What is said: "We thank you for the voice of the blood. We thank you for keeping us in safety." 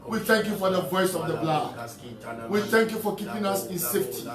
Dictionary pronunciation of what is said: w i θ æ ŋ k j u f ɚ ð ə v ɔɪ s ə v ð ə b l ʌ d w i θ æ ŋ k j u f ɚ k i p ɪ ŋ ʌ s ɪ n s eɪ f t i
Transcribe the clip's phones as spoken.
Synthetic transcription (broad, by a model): w i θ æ ŋ k j u f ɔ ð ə v ɔɪ s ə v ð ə b l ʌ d w i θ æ ŋ k j u f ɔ k i p ɪ ŋ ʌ s ɪ n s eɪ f t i